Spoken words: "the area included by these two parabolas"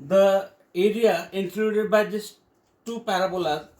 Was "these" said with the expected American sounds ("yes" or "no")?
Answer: no